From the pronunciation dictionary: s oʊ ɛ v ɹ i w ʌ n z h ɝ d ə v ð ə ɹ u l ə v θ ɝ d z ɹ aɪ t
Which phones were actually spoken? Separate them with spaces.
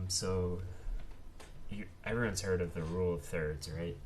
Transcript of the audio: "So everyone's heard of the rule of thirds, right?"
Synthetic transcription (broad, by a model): s oʊ ɛ v ɹ i w ʌ n z h ɝ d ə v ð ə ɹ u l ə v θ ɝ d z ɹ aɪ t